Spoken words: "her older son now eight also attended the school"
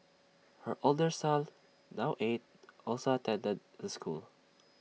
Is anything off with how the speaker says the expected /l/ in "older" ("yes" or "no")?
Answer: no